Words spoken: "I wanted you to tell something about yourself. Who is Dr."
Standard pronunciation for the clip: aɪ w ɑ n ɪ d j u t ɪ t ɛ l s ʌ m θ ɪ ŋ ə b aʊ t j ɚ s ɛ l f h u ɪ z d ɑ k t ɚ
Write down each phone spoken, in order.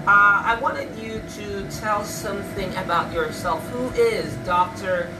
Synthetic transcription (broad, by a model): aɪ w ɑ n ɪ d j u t ɪ t ɛ l s ʌ m θ ɪ ŋ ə b aʊ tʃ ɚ s ɛ l f h u ɪ z d ɑ k t ɚ